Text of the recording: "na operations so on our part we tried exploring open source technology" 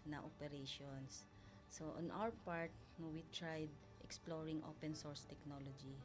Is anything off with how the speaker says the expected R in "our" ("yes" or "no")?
yes